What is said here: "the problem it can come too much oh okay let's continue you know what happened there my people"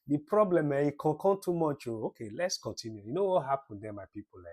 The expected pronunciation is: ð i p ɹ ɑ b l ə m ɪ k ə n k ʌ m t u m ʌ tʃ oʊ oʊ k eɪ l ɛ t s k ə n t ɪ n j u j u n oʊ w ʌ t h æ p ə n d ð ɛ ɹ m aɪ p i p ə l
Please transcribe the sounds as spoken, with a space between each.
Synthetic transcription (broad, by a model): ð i p ɹ ɑ b l ə m ɪ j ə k k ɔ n t u m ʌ tʃ oʊ oʊ k eɪ l ɛ t s k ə n t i n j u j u n oʊ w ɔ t h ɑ p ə n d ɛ m aɪ p i p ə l